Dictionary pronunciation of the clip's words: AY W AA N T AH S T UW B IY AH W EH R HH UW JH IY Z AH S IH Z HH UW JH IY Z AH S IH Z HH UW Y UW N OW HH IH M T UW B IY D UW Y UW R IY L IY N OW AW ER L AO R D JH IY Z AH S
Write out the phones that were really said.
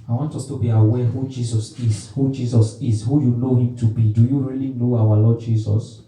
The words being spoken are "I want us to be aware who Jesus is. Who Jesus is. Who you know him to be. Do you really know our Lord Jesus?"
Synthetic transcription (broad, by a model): AY W AA N T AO S T UW B IY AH W EH HH UW JH IY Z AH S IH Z HH UW JH IY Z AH S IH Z HH UW Y UW N OW HH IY M T UW B IY D UW Y UW R IY L IY N OW AW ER L AO D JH IY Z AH S